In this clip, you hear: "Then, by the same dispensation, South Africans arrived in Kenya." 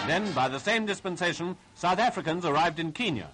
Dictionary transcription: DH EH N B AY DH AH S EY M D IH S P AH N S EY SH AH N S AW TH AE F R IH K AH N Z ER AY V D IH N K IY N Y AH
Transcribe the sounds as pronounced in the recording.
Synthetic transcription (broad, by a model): DH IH N B AY DH AH S EY M D IH S P AH N S EY SH AH N S AW TH AE F R IH K AH N Z ER AY V D IH N K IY N Y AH